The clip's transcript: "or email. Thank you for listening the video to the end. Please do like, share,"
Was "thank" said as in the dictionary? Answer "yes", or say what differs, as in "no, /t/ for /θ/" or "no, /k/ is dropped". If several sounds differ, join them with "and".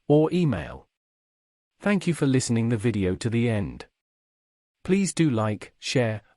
yes